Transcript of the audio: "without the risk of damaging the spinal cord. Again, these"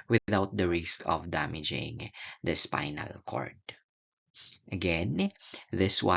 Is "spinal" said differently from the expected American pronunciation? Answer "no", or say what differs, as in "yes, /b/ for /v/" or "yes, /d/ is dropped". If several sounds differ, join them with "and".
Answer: no